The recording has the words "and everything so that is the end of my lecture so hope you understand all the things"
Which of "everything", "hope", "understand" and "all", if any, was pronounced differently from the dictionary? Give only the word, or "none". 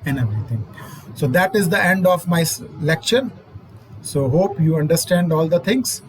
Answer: everything